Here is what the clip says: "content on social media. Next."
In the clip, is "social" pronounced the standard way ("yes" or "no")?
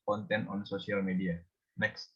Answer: no